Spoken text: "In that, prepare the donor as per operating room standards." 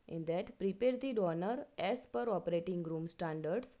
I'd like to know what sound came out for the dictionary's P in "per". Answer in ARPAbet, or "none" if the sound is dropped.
P